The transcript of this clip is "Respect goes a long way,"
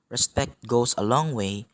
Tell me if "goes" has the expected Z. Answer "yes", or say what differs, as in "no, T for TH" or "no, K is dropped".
no, S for Z